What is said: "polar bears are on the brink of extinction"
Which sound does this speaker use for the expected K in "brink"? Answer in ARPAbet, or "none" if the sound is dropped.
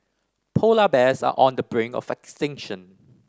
none